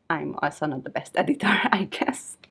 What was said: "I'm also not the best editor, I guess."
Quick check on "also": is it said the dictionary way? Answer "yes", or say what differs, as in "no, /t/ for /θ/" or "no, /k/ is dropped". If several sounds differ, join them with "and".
no, /l/ is dropped